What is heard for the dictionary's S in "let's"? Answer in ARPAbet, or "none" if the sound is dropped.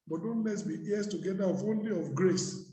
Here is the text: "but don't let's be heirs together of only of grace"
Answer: none